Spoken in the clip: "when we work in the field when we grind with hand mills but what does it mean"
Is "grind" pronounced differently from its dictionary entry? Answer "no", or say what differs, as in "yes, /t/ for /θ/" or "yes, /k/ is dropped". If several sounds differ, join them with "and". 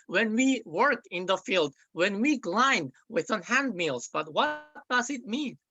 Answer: yes, /l/ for /ɹ/